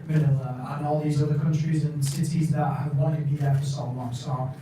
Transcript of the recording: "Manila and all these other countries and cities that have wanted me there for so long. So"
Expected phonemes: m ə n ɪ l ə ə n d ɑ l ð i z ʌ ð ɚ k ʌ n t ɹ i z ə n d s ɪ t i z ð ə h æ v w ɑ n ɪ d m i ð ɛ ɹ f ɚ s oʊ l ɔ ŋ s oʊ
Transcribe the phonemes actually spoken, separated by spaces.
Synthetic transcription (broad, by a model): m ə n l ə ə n ɑ l ð i z ʌ ð ɚ k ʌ n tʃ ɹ i z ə n s ɪ t i z ð ə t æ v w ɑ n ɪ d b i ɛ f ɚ s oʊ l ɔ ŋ s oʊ